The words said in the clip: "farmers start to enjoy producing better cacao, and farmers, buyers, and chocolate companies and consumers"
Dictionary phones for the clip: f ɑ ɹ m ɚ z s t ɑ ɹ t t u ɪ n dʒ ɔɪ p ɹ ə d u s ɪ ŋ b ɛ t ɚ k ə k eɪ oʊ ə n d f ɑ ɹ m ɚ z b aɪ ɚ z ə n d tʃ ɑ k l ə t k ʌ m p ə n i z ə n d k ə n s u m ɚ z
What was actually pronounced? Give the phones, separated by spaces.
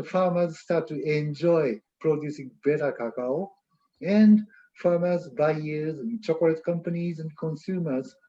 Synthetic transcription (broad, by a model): f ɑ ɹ m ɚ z s t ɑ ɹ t t u ɪ n dʒ ɔɪ p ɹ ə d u s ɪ ŋ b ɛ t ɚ k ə k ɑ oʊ ə n d f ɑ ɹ m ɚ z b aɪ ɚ z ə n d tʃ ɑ k ə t k ʌ m p ə n i z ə n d k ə n s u m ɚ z